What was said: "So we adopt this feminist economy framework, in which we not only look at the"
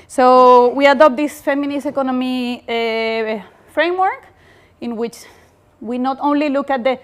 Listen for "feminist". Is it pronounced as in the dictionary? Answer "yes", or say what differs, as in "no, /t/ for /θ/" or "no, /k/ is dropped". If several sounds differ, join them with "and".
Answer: no, /t/ is dropped